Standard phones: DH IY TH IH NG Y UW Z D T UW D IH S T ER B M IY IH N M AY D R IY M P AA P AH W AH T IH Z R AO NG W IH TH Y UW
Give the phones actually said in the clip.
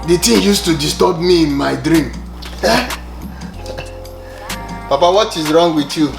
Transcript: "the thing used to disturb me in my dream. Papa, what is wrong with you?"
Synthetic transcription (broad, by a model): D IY T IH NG Y UW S T UW D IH S T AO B M IY IH N M AY D R IY M P AA P AH W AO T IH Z R AO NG W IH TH Y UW